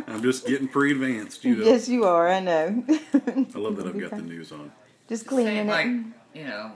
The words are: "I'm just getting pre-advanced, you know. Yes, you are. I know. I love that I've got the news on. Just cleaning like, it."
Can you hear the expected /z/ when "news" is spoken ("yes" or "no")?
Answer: yes